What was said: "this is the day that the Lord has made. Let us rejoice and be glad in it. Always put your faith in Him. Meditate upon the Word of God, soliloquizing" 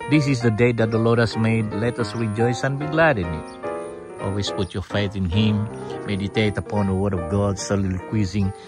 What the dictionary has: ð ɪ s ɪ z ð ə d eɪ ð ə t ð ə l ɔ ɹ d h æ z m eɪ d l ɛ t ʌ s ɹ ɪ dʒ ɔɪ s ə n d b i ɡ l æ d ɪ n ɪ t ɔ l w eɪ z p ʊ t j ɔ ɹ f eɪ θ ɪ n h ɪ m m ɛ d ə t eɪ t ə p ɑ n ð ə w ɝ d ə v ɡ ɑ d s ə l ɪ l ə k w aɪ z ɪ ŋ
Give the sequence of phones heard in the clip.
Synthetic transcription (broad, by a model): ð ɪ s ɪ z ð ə d eɪ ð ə t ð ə l ɔ ɹ d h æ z m eɪ d l ɛ t ʌ s ɹ ɪ dʒ ɔɪ s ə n b i ɡ l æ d ɪ n ɪ t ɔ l w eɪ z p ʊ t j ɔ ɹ f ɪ t ɪ n h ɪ m m ɛ d ə t eɪ t ə p ɑ n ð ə w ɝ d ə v ɡ ɑ d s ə l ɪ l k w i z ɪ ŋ